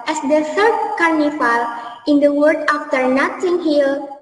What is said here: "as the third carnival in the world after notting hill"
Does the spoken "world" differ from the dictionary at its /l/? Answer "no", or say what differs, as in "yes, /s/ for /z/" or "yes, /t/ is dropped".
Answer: yes, /l/ is dropped